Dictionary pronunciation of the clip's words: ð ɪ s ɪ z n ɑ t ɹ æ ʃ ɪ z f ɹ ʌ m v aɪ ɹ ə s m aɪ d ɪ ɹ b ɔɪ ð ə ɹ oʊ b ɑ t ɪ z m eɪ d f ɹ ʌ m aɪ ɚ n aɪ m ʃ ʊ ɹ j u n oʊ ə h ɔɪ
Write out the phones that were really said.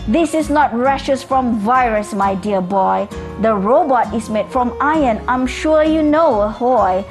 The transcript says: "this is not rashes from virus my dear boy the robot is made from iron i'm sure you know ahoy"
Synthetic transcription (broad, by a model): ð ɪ s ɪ s n ɑ t ɹ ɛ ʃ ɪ s f ɹ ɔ m v aɪ ɹ ə s m aɪ d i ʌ b ɔɪ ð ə ɹ oʊ b ɑ t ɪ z m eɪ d f ɹ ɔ m aɪ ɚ n aɪ m ʃ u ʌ j u n oʊ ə h ɔɪ